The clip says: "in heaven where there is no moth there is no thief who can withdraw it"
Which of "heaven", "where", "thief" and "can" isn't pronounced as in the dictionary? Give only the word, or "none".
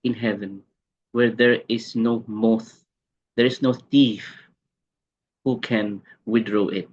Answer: none